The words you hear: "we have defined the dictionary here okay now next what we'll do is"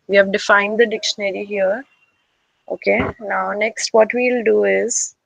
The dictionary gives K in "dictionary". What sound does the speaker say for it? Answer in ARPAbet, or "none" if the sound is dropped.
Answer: K